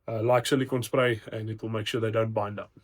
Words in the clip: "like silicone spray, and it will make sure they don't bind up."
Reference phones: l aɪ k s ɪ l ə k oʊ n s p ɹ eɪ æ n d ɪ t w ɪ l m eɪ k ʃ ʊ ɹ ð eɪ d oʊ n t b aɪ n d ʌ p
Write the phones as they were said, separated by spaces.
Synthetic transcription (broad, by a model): l aɪ k s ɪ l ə k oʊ n s p ɹ eɪ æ n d ɪ t w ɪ l m eɪ k ʃ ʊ ð eɪ d oʊ n t b aɪ n d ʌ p